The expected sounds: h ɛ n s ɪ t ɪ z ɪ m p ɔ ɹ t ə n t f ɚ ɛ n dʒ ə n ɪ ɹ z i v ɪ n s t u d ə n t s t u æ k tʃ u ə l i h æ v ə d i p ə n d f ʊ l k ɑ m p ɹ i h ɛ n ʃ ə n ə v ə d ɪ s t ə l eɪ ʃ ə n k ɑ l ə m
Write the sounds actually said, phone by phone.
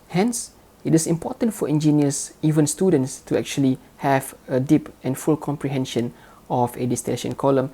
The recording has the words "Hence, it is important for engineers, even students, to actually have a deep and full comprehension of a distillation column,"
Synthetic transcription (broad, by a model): h ɛ n s ɪ t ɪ s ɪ m p ɔ t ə n t f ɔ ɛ n dʒ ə n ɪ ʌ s i v ɪ n s t u d ə n t s t u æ k tʃ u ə l i h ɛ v ə d i p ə n f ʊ l k ɑ m p ɹ i h ɛ n ʃ ə n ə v ə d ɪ s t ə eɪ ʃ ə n k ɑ l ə m